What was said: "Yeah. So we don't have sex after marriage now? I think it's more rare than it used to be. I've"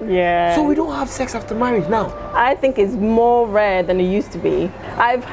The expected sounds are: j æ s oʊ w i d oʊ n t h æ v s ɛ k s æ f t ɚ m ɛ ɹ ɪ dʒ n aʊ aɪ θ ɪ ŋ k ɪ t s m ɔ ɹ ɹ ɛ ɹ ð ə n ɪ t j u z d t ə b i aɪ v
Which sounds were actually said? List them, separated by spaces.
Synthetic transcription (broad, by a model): j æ s oʊ w i d oʊ n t h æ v s ɛ k s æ f t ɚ m ɛ ɹ ɪ dʒ n aʊ aɪ θ ɪ ŋ k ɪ t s m ɔ ɹ ɹ ɛ ɹ ð ə n ɪ t j u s t ə b i aɪ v